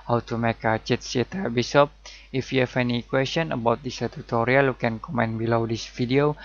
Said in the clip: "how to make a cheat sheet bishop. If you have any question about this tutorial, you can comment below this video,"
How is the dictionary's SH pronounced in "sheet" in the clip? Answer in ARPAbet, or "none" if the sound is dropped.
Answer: S